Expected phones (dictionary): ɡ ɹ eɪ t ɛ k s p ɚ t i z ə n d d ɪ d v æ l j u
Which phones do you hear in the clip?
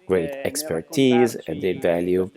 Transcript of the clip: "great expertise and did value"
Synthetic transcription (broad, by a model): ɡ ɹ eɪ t ɛ k s p ɚ t i z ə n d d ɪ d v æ l j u